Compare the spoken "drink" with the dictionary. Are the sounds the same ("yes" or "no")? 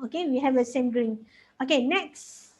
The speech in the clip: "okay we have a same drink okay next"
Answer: no